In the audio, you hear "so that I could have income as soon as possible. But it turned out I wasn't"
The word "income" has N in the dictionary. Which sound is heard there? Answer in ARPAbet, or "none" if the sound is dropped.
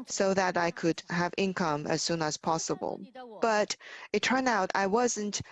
N